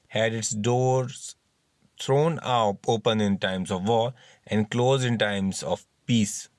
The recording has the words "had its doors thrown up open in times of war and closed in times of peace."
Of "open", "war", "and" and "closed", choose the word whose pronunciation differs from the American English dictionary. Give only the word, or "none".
war